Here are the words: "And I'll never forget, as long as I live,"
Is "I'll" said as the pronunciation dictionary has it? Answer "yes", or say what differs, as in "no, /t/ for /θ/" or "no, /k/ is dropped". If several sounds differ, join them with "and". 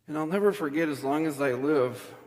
yes